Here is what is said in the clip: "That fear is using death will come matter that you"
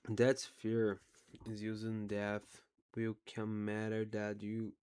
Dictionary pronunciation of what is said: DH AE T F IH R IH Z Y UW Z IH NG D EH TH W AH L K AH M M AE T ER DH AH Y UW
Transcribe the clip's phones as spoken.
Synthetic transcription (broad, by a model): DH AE T F IH R IH Z Y UW Z IH NG D EH TH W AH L K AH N M AE T ER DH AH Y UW